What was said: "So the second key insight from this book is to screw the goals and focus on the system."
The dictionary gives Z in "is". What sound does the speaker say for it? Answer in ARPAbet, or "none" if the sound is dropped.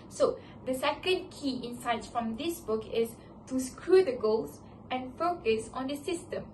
S